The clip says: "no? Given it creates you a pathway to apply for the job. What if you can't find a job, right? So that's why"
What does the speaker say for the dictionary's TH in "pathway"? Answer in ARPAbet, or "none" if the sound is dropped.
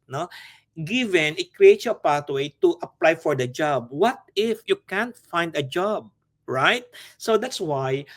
T